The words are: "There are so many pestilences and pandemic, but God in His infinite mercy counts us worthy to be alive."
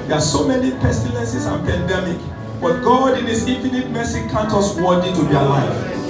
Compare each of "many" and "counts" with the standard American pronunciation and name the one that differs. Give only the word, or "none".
counts